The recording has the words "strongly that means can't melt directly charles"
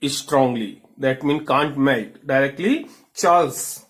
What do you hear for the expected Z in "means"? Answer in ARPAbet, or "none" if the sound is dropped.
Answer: none